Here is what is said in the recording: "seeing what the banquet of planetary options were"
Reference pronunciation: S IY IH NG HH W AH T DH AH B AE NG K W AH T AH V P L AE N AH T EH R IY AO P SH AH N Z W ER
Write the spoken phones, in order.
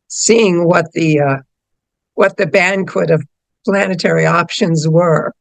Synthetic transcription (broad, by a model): S IY IH NG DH W AH T DH AH B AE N K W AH T AH V P L AE N AH T EH R IY AO P SH AH N Z W ER